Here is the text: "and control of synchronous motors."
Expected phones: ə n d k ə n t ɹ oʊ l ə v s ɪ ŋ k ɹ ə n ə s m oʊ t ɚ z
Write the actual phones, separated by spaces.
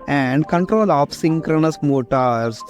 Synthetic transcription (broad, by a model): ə n d k ə n t ɹ oʊ l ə p s ɪ ŋ k ɹ ə n ə s m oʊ t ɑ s